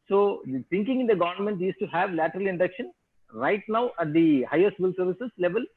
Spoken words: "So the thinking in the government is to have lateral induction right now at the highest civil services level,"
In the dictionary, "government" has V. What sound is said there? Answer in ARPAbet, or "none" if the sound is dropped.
V